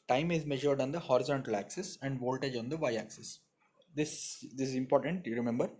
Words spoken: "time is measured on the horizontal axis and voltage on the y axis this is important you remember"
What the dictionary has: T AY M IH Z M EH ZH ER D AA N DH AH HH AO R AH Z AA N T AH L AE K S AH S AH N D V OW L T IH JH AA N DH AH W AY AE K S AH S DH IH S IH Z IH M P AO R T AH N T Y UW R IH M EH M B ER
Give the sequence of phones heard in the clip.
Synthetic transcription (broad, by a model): T AY M IH Z M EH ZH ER D AA N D AH HH AO R AH Z AA N T AH L AE K S AH S AH N D V OW L T IH JH AA N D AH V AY AE K S AH S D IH S IH Z IH M P AO R T AH N T Y UW R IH M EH M B ER